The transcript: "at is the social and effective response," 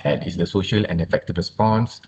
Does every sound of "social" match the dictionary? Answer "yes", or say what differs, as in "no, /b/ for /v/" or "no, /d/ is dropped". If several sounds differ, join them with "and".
yes